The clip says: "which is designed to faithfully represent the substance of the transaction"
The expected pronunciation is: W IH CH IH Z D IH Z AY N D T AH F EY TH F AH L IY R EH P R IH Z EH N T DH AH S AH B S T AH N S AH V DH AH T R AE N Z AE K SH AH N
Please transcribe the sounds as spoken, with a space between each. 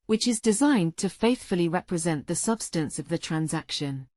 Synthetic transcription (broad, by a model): W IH CH IH Z D IH Z AY N T AH F EY TH F AH L IY R EH P R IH Z EH N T DH AH S AH B S T AH N S AH V DH AH T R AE N Z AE K SH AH N